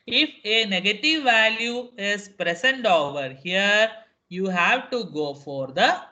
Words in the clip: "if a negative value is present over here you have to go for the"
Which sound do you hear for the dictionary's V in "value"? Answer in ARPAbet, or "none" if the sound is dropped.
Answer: V